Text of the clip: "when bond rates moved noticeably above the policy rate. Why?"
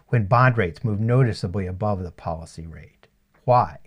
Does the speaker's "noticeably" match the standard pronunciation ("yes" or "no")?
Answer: yes